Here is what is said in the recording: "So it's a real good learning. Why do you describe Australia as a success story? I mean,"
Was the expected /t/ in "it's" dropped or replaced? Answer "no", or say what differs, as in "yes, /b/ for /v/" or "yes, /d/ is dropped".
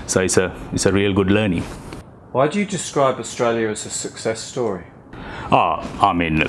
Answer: no